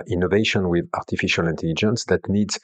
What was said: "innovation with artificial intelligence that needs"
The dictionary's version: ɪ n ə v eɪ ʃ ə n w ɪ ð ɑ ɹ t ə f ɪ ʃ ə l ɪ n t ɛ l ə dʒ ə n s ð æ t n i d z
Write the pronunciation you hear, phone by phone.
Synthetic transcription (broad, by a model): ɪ n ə v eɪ ʃ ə n w ɪ ð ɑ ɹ t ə f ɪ ʃ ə l ɪ n t ɛ l ə dʒ ə n s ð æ t n i d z